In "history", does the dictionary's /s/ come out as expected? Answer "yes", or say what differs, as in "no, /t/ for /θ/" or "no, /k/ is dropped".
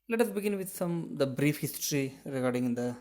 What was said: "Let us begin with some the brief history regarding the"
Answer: yes